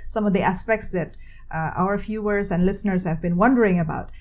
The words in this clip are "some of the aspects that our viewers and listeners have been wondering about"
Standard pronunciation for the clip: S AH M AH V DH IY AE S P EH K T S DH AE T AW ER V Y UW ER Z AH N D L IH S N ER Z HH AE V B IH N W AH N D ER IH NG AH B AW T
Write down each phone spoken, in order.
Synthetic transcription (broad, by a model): S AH M AH V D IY AE S P EH K T S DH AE T AW ER F Y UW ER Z AH N D L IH S N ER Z HH AE V B IH N W AH N D ER IH NG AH B AW T